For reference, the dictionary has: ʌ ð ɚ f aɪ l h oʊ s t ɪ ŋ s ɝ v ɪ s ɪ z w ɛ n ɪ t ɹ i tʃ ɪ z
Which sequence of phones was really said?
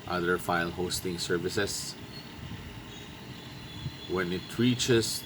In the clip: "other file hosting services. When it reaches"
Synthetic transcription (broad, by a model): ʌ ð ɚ f aɪ l h oʊ s t ɪ ŋ s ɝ v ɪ s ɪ s w ɛ n ɪ t ɹ i tʃ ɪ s